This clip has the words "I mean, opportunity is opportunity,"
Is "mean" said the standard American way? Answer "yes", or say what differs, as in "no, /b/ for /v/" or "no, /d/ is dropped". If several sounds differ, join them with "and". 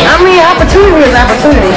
no, /n/ is dropped